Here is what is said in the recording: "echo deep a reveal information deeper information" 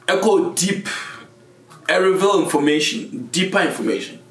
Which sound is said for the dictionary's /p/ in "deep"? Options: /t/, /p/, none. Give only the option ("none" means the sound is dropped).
/p/